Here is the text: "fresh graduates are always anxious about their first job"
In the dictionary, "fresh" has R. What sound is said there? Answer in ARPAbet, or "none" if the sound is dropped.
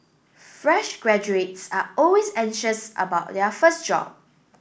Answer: R